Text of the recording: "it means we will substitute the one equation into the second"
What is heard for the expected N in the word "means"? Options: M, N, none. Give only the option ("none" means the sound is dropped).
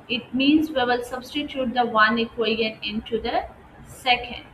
N